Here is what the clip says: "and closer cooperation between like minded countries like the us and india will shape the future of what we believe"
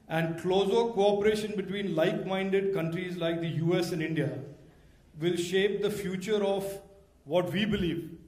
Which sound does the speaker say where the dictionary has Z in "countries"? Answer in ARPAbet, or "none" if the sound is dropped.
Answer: Z